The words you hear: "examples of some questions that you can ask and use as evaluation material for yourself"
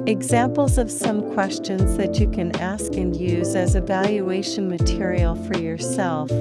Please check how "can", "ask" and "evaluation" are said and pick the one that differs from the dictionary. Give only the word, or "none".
none